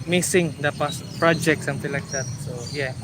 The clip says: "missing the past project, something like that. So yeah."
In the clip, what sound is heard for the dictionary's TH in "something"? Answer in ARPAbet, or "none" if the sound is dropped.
T